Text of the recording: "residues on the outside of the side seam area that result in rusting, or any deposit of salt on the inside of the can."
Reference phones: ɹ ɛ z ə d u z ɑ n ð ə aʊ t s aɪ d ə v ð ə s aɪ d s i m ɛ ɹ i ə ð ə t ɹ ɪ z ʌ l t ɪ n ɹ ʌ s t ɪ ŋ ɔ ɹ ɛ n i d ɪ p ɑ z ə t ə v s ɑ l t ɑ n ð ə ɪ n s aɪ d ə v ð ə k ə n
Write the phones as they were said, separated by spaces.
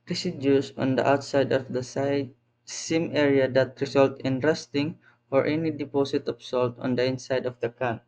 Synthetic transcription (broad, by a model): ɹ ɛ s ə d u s ɑ n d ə aʊ t s aɪ d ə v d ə s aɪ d s i m ɛ ɹ i ə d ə t ɹ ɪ s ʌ l t ɪ n ɹ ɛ s t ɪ ŋ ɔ ɹ ɛ n i d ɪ p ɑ s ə t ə p s ɑ l t ɑ n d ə ɪ n s aɪ d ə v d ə k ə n